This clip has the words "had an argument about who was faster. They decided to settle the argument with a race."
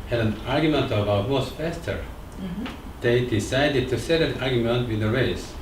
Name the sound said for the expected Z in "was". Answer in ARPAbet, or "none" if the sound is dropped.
S